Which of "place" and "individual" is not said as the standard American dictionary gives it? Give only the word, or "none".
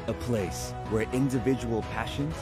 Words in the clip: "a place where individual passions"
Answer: none